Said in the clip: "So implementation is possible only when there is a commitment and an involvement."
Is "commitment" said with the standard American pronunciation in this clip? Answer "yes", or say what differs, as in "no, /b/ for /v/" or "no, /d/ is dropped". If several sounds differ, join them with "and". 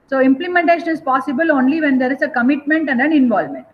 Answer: yes